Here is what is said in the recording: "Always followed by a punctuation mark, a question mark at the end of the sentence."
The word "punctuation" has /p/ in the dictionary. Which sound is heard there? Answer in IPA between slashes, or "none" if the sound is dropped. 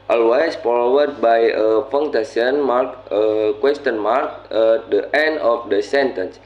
/f/